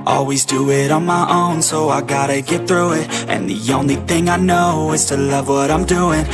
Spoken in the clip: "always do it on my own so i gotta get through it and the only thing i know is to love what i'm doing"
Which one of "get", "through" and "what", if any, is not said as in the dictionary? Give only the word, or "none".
none